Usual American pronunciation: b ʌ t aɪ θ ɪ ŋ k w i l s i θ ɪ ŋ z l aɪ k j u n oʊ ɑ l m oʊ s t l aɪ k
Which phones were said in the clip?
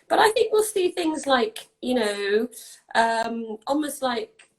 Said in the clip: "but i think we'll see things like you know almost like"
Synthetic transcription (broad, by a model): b ʌ t aɪ θ ɪ ŋ k w i l s i θ ɪ ŋ z l aɪ k j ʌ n oʊ ɑ l m oʊ s t l aɪ k